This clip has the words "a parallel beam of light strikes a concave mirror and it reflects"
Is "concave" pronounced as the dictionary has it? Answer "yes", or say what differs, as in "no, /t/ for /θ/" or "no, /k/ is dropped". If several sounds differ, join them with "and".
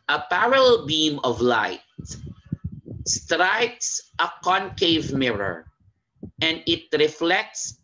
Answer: yes